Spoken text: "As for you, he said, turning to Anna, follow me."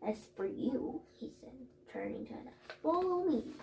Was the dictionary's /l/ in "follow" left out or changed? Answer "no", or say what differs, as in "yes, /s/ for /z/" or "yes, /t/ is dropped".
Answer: yes, /w/ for /l/